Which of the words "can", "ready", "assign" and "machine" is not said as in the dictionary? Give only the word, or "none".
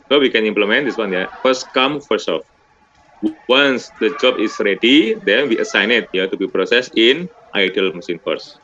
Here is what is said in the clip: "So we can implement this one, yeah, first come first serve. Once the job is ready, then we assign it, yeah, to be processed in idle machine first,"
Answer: machine